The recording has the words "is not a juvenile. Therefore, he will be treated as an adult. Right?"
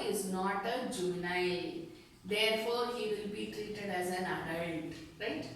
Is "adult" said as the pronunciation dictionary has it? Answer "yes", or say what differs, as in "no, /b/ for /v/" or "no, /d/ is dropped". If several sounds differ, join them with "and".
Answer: no, /n/ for /l/